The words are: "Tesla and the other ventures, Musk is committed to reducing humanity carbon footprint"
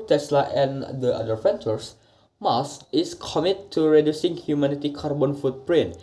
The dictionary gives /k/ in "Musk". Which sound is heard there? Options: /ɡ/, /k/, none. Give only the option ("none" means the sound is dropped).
none